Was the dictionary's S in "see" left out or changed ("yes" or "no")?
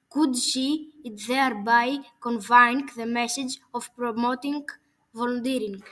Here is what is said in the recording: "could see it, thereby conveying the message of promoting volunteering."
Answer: yes